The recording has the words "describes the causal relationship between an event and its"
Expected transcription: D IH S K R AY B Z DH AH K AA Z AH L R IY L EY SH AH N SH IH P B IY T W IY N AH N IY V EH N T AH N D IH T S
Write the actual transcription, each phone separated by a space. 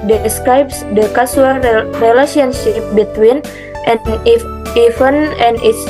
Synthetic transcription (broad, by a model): D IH S K R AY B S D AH K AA S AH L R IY L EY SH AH N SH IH P B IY T W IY N AH N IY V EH N AH N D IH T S